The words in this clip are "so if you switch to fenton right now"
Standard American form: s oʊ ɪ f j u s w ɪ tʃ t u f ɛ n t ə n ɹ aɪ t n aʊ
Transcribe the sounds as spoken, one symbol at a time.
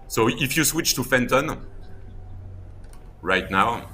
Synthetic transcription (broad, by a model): s oʊ ɪ f j u s w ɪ tʃ t u f ɛ n t ə n ɹ aɪ t n aʊ